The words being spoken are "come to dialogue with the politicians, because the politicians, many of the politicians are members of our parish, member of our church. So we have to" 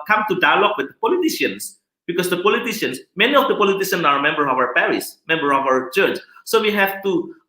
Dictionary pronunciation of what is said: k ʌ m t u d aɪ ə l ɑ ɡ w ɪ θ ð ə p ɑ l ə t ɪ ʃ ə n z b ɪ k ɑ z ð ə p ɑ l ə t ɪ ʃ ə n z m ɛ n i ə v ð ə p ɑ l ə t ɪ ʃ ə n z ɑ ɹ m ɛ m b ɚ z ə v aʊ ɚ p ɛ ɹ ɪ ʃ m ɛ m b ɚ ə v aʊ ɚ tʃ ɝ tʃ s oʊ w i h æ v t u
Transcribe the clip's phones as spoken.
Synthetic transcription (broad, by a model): k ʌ m t u d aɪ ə l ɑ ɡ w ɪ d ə p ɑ l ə t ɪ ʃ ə n s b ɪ k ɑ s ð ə p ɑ l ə t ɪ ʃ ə n s m ɛ n i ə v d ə p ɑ l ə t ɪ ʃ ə n s ɑ ɹ m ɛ m b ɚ ə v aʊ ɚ p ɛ ɹ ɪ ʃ m ɛ m b ɚ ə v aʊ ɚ tʃ ɝ tʃ s oʊ w i h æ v t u